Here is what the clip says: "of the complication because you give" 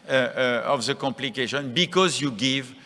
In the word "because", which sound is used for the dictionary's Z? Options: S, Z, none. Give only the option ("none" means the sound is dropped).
Z